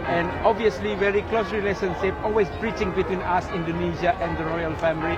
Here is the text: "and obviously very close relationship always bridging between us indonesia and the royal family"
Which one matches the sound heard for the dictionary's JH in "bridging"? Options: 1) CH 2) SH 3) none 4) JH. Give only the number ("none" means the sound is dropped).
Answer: 1